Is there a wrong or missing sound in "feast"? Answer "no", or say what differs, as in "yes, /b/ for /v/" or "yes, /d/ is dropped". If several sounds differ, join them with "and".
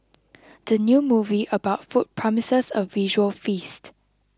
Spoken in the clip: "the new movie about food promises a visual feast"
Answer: no